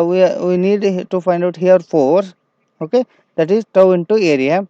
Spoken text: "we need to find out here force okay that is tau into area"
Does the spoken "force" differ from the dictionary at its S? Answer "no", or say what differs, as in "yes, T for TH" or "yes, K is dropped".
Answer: yes, S is dropped